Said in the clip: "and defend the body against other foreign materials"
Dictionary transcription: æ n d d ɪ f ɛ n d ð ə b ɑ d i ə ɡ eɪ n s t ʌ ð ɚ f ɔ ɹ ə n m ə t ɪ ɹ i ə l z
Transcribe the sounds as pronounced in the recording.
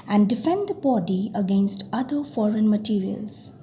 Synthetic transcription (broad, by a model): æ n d d ɪ f ɛ n d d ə b ɑ d i ə ɡ eɪ n s t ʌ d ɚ f ɔ ɹ ə n m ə t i ɹ i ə l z